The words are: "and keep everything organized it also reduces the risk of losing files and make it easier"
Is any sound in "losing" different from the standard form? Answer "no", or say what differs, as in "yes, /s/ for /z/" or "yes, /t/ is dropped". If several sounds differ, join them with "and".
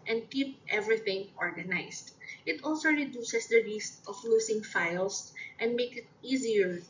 yes, /s/ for /z/